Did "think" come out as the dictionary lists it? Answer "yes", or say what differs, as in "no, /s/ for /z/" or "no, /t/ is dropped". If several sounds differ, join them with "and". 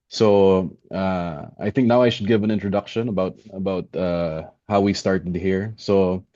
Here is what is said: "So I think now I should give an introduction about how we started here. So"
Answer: yes